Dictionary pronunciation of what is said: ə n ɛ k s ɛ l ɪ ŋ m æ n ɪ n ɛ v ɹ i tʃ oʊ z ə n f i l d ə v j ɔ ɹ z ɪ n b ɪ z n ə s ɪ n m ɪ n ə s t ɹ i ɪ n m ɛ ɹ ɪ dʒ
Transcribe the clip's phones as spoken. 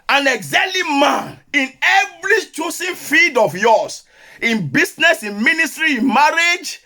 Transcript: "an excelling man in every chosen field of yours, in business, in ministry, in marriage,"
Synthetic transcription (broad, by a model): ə n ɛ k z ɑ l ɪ m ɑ n ɪ n ɛ v ɹ i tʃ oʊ s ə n f i d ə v j ɔ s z ɪ n b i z n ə s ɪ n m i n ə s t ɹ i ɪ n m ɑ ɹ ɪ dʒ